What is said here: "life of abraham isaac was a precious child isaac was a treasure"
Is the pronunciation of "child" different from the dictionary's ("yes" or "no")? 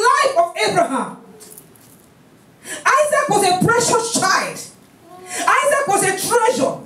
no